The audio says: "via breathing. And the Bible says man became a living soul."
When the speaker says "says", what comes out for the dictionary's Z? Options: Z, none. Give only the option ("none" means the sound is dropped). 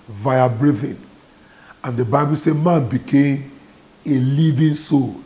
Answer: none